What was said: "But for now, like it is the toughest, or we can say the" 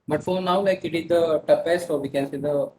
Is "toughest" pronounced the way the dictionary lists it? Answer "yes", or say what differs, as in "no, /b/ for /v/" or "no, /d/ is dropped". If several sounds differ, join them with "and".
no, /p/ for /f/